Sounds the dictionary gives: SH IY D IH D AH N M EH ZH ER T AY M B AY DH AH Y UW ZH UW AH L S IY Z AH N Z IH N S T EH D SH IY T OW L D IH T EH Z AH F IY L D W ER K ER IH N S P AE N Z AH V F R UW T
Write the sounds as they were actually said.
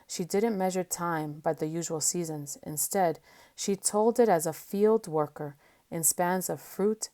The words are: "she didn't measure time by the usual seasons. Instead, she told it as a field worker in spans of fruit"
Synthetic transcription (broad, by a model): SH IY D IH D N M EH ZH ER T AY M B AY DH AH Y UW ZH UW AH L S IY Z AH N Z IH N S T EH D SH IY T OW L D IH T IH Z AH F IY L D W ER K ER IH N S P AE N Z AH V F R UW T